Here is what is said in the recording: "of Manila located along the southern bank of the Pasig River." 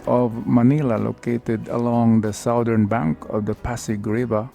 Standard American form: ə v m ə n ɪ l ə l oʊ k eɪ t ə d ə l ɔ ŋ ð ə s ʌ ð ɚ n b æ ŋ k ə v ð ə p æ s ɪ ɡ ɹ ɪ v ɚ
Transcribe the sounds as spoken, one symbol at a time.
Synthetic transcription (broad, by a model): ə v m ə n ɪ l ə l oʊ k eɪ t ə d ə l ɔ ŋ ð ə s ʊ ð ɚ n b æ ŋ k ə v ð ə p æ s ɪ ɡ ɹ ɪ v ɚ